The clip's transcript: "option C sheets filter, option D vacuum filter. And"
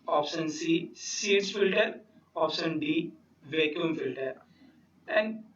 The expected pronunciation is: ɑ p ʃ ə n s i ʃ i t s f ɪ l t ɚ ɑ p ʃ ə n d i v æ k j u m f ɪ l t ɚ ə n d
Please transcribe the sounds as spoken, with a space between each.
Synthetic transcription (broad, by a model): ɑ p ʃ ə n s i s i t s f ɪ l t ɚ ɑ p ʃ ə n d i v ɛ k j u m f ɪ l t ɚ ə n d